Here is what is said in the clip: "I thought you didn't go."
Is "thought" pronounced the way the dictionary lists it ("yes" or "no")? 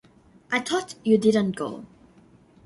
no